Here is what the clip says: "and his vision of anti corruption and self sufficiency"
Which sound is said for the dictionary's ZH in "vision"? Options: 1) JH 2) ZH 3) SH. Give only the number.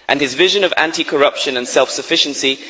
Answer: 2